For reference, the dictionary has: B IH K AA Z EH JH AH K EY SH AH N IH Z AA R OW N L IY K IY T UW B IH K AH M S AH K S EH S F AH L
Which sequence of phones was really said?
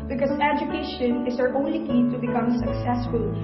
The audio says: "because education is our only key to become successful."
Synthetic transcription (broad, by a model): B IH K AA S EH JH AH K EY SH AH N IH S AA R OW N L IY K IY T UW B IH K AH M S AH K S EH S F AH L